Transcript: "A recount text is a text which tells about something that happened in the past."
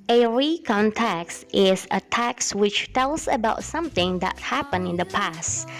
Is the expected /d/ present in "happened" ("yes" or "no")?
no